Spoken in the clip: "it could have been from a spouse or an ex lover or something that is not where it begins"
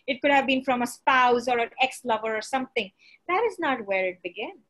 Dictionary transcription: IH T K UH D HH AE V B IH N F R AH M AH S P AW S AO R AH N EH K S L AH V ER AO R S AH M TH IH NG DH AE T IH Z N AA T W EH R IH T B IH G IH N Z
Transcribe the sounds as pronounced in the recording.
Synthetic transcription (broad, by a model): IH T K UH D HH AE V B IH N F R AH M AH S P AW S AO R AH N EH K S L AH V ER AO R S AH M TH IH NG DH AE T IH Z N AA T W EH R IH T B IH G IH N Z